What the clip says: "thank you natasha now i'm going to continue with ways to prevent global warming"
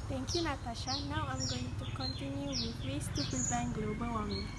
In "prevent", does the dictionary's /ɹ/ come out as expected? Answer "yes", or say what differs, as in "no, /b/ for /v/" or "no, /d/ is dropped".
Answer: no, /ɹ/ is dropped